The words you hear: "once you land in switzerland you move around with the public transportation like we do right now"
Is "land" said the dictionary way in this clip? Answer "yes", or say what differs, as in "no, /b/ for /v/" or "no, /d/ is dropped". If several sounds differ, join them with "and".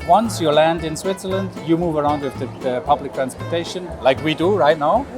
yes